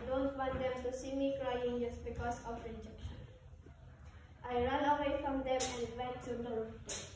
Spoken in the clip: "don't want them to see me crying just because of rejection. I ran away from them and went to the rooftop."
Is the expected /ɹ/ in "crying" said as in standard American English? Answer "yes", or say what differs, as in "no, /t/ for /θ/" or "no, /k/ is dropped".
yes